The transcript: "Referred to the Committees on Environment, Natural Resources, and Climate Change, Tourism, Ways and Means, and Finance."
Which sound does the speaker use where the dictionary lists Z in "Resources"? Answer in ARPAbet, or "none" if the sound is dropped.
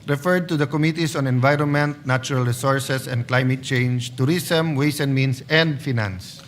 S